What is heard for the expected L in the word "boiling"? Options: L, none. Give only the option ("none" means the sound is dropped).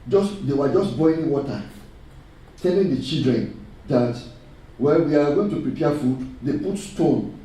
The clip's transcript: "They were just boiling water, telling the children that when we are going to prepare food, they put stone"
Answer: none